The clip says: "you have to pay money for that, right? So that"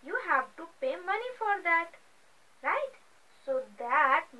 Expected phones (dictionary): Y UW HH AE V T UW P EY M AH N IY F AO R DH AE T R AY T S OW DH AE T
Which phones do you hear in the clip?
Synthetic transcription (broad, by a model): Y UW HH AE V T UW P EY M AH N IY F AO R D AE T R AY T S OW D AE T